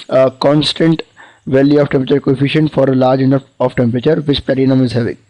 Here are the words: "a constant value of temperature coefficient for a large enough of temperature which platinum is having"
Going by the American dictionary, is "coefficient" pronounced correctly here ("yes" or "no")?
yes